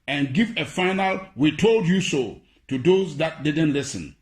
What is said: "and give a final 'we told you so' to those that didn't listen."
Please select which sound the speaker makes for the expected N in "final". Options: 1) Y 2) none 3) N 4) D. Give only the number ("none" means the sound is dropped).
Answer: 3